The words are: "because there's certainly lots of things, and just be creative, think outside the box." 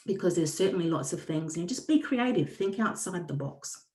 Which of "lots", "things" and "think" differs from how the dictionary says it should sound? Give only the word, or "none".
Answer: none